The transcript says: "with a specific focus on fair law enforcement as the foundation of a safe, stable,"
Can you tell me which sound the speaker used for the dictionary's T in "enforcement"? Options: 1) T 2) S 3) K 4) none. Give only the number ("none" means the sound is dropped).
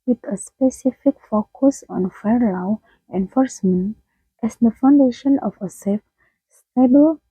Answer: 1